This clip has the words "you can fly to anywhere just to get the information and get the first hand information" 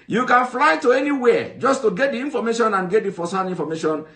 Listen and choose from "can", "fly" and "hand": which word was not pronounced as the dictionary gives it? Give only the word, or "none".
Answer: hand